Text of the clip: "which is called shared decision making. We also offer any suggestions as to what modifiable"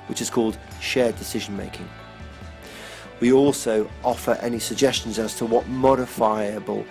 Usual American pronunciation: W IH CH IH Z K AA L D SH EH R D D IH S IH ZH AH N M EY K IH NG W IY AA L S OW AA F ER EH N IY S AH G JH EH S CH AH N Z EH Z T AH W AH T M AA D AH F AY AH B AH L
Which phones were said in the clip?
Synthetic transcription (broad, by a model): W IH CH IH Z K AA L D SH EH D D IH S IH ZH AH N M EY K IH NG W IY AA L S OW AA F ER EH N IY S AH G JH EH S CH AH N Z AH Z T AH W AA T M AA D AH F AY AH B AH L